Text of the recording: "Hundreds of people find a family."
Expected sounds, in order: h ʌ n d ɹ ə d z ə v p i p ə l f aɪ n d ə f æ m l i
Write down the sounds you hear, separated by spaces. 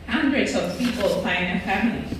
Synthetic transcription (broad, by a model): h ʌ n d ɹ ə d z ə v p i p ə l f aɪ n ə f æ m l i